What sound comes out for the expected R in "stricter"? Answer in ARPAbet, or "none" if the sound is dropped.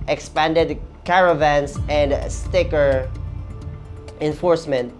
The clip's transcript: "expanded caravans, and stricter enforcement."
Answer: none